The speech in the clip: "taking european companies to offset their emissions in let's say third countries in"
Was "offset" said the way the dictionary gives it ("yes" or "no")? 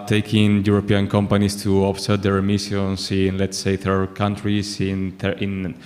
no